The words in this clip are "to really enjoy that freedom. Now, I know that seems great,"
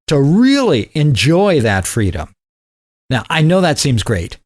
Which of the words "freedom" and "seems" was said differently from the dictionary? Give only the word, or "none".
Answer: none